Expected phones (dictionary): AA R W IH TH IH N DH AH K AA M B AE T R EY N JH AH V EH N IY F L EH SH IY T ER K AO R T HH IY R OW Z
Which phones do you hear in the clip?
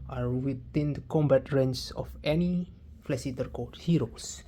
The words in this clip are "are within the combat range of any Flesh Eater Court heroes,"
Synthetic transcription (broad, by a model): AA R W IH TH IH N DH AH K AA M B AE T R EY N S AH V EH N IY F L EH S IY T ER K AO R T HH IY R OW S